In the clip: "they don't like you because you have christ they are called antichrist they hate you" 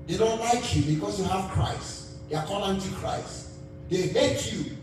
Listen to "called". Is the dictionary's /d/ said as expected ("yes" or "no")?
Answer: no